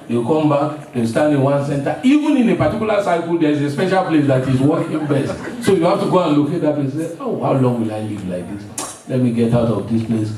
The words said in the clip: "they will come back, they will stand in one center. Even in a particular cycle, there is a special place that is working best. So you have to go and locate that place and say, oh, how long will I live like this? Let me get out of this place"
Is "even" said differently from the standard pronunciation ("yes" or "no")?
no